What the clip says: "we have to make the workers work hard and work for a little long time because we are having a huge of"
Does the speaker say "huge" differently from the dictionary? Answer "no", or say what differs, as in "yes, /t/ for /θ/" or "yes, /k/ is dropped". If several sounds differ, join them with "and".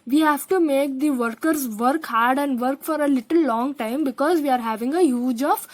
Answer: no